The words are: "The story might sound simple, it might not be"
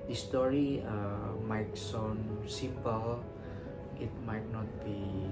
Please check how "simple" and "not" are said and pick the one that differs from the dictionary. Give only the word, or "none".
simple